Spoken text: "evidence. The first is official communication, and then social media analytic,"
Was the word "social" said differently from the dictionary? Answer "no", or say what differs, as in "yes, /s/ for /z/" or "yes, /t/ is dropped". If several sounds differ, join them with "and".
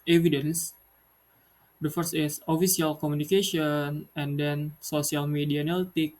yes, /s/ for /ʃ/